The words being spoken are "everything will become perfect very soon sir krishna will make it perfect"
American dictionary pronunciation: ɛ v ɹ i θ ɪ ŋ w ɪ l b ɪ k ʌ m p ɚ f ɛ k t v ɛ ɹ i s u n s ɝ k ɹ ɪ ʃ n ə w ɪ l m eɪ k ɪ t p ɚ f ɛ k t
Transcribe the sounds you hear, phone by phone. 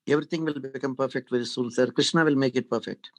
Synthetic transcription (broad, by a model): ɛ v ɹ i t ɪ ŋ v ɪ l b ɪ k ʌ m p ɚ f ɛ k t v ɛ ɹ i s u l s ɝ k ɹ ɪ ʃ n ə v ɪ l m eɪ k ɪ t p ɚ f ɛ k t